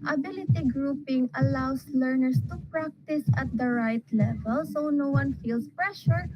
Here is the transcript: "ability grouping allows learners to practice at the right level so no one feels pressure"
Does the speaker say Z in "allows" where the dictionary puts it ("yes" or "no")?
no